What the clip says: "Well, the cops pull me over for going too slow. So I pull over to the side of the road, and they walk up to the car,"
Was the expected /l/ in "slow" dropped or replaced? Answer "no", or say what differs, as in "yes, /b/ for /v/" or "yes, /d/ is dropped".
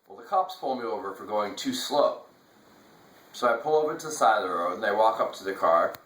no